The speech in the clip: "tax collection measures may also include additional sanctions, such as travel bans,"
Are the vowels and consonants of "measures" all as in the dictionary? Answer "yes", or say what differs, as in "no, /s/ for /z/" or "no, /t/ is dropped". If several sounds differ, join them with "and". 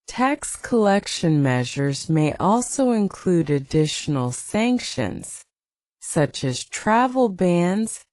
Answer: yes